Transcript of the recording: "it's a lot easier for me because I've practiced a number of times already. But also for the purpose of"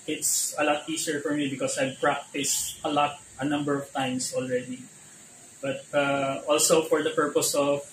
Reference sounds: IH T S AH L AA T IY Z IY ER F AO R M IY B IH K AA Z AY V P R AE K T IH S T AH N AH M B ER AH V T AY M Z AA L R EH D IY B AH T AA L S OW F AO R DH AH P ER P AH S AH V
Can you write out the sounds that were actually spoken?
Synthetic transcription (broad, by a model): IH T S AH L AA T IY S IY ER F AO R M IY B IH K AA S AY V P R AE K T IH S T AH N AH M B ER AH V T AY M S AA L R EH D IY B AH T AA L S OW F AO R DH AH P ER P AH S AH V